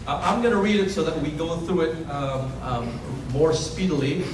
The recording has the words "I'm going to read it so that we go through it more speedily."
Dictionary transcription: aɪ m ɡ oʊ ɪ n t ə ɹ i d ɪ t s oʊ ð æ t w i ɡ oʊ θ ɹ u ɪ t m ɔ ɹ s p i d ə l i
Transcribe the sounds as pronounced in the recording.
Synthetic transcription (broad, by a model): aɪ m ɡ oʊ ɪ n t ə ɹ i d ɪ t s oʊ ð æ t w i ɡ oʊ θ ɹ u ɪ t m ɔ ɹ s p i d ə l i